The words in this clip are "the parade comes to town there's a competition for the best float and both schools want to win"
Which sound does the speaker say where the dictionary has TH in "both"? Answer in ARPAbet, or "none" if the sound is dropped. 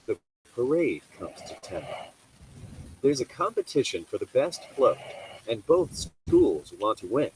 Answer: TH